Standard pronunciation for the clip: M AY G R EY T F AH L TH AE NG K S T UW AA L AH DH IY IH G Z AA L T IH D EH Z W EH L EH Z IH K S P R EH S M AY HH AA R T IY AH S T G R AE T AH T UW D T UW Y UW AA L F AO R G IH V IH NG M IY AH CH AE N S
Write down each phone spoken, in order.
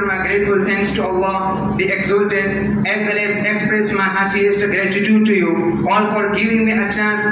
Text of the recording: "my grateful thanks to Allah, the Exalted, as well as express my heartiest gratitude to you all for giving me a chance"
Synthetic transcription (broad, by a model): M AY G R EY T F AH L T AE NG K S T UW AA L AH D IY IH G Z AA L T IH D EH Z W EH L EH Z IH K S P R EH S M AY HH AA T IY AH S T G R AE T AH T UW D T UW Y UW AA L F AO R G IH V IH NG M IY AH CH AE N S